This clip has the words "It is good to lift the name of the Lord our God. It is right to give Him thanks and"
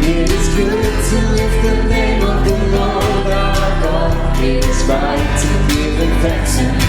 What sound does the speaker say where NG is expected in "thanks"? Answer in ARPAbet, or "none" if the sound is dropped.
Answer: none